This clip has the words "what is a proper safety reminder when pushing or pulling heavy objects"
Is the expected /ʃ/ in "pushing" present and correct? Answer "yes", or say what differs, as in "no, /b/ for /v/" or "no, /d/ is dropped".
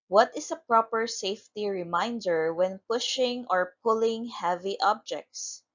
yes